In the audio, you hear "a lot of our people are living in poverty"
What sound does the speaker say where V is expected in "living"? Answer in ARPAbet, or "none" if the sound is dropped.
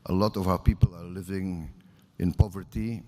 V